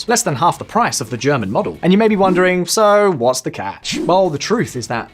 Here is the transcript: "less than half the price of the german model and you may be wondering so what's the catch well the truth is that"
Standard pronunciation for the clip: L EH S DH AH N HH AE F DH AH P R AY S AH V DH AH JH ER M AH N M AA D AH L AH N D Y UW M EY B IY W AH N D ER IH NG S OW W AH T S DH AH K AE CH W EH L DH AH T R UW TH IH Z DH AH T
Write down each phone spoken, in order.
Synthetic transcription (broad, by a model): L EH S DH AH N HH AE F DH AH P R AY S AH V DH AH JH ER M AH N M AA D L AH N Y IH M EY B IY W AH N D ER IH NG S OW W AH T S DH AH K AE CH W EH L DH AH T R UW TH IH Z DH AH T